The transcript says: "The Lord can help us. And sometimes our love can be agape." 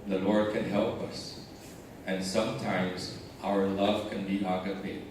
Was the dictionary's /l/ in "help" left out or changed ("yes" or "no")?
no